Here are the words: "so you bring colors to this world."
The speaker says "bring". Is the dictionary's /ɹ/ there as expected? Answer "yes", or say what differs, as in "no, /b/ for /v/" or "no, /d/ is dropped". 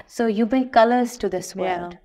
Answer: no, /ɹ/ is dropped